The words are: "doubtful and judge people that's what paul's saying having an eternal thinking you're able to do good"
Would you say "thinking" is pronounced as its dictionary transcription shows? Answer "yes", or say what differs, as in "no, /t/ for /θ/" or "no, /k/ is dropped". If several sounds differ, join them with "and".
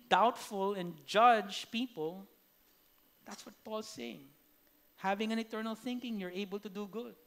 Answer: yes